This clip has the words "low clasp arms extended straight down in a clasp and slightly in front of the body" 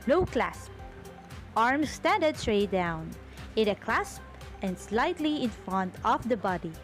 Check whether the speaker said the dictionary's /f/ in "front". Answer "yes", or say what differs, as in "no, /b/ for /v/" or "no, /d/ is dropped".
yes